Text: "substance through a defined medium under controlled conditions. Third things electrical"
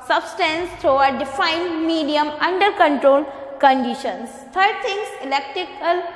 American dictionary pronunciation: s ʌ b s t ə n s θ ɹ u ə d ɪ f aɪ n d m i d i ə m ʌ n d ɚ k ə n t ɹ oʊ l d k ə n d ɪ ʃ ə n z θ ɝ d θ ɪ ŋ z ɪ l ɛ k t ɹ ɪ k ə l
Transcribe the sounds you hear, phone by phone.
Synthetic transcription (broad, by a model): s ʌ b s t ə n s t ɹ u ə d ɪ f aɪ n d m i d i ə m ʌ n d ɚ k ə n t ɹ oʊ l k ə n d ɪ ʃ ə n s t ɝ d t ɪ ŋ s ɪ l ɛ k t ɹ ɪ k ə l